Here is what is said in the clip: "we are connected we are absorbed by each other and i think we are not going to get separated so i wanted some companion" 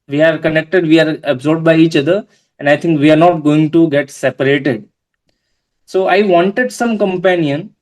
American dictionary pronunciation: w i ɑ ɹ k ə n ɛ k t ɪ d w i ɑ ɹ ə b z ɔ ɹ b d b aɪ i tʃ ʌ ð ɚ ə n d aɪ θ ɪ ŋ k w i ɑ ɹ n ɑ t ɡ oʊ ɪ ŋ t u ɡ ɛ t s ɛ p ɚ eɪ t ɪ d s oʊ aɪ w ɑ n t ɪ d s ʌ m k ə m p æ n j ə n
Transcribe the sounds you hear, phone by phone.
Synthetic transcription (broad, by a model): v i ɑ ɹ k ə n ɛ k t ɪ d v i ɑ ɹ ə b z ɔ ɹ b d b aɪ i tʃ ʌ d ɚ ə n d aɪ t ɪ ŋ k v i ɑ ɹ n ɑ t ɡ oʊ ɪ ŋ t u ɡ ɛ t s ɛ p ɚ eɪ t ɪ d s oʊ aɪ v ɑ n t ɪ d s ʌ m k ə m p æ n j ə n